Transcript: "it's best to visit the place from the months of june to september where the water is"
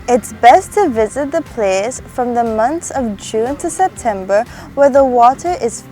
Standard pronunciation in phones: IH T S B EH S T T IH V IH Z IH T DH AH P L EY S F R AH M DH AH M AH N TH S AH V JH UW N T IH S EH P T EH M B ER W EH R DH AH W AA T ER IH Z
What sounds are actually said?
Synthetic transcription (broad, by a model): IH T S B EH S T T IH V IH Z IH T DH AH P L EY S F R AH M DH AH M AH N TH AH V JH UW N T IH S EH P T EH M B ER W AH R DH AH W AA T ER IH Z